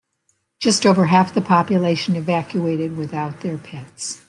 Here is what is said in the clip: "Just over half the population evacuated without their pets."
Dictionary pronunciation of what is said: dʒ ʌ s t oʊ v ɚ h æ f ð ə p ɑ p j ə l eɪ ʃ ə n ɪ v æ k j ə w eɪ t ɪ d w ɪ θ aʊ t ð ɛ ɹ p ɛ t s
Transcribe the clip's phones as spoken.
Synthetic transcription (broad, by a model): dʒ ʌ s t oʊ v ɚ h æ f ð ə p ɑ p j ə l eɪ ʃ ə n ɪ v æ k j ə eɪ t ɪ d w ɪ θ aʊ t ð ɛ ɹ p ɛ t s